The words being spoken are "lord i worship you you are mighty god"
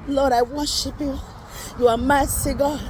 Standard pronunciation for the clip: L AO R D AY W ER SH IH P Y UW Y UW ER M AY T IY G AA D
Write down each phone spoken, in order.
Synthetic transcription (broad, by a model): L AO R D AY W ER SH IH P Y UW Y UW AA M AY S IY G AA